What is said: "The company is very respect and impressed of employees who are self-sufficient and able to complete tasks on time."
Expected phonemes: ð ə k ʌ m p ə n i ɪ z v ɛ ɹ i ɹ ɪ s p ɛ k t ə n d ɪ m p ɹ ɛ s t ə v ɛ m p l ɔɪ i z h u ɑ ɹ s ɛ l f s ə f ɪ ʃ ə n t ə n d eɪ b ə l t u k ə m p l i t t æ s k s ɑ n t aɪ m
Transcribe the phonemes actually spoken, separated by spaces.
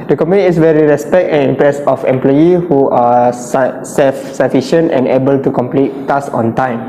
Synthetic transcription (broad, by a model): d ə k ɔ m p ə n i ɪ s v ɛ ɹ i ɹ ɪ s p ɛ k t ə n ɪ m p ɹ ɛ s ə f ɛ m p l ɔɪ i h u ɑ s s ɛ l f s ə f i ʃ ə n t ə n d eɪ b ə l t u k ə m p l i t t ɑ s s ɑ n t aɪ m